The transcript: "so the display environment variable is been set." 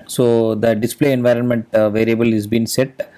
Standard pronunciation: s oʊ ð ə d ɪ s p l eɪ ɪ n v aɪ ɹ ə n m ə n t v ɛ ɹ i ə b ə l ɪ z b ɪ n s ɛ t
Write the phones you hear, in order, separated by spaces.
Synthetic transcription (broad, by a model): s oʊ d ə d ɪ s p l eɪ ɪ n v aɪ ɹ ə n m ə n t v ɛ ɹ i ə b ə l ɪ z b ɪ n s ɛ t